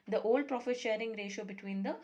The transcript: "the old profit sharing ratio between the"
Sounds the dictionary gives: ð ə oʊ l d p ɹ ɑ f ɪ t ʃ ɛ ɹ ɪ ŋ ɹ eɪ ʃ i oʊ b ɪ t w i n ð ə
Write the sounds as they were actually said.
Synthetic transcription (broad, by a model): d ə oʊ l d p ɹ ɑ f ɪ t ʃ ɛ ɹ ɪ ŋ ɹ eɪ ʃ i oʊ b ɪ t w i n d ə